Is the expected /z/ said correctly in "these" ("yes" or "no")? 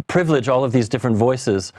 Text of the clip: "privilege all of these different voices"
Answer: yes